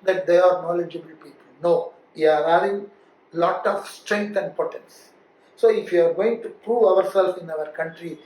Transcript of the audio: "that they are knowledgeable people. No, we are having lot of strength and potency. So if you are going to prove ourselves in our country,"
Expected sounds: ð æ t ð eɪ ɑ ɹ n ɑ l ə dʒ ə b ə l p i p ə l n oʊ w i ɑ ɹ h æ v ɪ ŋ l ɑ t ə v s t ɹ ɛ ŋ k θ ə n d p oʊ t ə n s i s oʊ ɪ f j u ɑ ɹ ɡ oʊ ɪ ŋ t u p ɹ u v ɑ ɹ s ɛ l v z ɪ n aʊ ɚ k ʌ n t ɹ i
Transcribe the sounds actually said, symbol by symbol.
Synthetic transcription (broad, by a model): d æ t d eɪ ɑ ɹ n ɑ l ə dʒ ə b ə l p i p ə l n oʊ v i ɑ ɹ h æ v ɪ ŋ l ɑ t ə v s t ɹ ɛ ŋ k t ə n d p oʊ t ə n s s oʊ ɪ f j u ɑ ɹ ɡ oʊ ɪ ŋ t u p ɹ u v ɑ ɹ s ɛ l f ɪ n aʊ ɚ k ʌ n t ɹ i